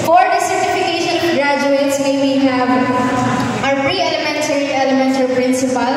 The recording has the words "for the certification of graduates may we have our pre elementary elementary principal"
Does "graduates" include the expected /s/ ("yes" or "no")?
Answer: yes